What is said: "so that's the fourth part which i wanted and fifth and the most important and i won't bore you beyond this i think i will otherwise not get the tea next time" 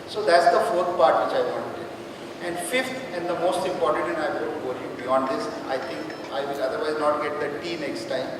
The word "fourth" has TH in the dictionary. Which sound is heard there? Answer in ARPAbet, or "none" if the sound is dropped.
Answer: T